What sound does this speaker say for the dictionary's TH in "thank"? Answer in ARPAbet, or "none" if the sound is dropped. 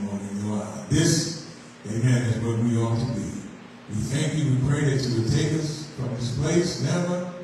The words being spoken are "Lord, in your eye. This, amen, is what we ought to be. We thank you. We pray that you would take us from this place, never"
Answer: TH